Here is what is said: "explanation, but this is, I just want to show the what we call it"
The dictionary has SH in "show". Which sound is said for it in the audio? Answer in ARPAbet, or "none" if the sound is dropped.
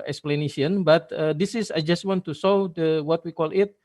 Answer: S